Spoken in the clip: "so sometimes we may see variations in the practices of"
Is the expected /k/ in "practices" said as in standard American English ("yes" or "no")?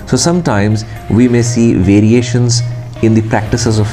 yes